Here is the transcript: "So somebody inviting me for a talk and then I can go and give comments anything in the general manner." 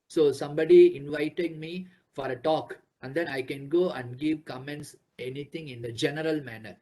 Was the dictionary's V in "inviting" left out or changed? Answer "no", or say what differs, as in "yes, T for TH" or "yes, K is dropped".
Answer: no